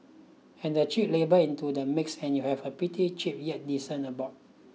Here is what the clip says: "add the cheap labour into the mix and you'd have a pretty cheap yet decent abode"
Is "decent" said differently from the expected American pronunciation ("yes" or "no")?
yes